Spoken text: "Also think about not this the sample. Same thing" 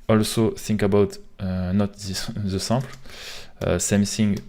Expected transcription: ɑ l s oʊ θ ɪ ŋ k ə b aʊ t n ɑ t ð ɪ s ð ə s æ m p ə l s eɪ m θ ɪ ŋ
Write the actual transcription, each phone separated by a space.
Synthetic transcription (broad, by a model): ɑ l s oʊ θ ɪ ŋ k ə b aʊ t n ɑ t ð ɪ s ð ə s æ p l s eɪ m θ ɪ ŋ